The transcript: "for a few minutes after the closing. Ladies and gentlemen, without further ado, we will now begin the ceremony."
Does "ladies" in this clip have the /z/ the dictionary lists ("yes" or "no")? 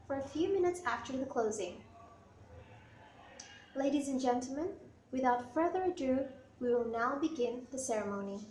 yes